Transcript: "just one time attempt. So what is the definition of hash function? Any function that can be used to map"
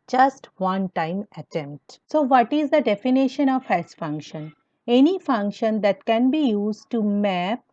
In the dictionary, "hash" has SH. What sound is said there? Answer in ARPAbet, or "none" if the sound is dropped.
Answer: S